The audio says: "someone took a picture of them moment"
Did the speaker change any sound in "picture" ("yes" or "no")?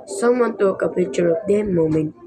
yes